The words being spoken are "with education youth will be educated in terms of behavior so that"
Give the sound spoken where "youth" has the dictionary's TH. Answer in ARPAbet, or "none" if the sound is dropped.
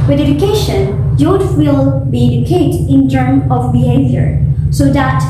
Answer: T